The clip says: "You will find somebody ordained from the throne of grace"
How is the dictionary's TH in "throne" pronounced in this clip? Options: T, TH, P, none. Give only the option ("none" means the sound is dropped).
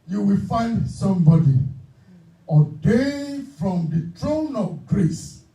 T